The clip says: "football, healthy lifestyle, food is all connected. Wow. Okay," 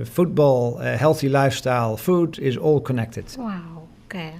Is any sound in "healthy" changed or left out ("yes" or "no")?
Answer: no